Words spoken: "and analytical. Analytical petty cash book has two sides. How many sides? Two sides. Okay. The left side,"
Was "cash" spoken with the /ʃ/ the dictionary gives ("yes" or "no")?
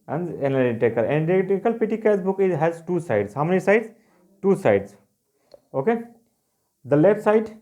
no